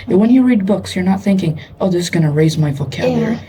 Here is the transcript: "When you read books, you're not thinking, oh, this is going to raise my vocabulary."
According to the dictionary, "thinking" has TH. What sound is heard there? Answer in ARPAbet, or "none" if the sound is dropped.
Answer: TH